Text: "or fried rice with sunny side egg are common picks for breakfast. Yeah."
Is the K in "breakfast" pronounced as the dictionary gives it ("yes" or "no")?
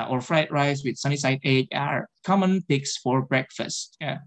yes